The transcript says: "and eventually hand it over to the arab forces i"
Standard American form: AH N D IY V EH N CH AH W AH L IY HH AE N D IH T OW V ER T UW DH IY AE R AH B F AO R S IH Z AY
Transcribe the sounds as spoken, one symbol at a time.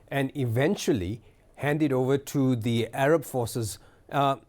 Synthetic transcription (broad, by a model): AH N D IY V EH N CH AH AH L IY HH AE N D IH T OW V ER T UW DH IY AE R AH B F AO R S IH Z